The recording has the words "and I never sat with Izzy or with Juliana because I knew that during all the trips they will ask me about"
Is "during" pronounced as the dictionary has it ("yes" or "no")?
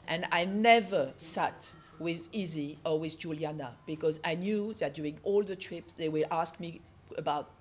no